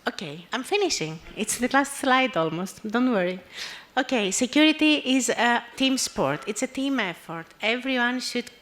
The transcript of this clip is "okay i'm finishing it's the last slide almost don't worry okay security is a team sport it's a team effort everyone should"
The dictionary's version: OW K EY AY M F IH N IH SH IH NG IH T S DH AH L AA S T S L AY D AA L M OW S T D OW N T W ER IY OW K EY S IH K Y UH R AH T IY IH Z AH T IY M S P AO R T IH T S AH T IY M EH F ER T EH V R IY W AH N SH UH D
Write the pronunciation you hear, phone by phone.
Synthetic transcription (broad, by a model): OW K EY AY M F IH N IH SH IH NG IH T S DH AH L AA S T S L AY D AA L M OW S T D OW N T W ER IY OW K EY S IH K Y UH R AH T IY IH Z AH T IY M S P AO R T IH T S AH T IY M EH F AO T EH V R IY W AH N SH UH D